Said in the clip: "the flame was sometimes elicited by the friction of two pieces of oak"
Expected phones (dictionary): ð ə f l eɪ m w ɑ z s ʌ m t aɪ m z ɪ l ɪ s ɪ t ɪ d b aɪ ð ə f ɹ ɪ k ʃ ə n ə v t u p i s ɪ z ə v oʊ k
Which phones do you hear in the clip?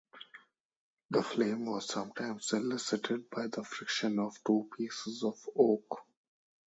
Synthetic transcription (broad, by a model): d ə f l eɪ m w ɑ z s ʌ m t aɪ m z ɪ l ɪ s ɪ t ɪ d b aɪ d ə f ɹ ɪ k ʃ ə n ə v t u p i s ɪ z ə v oʊ k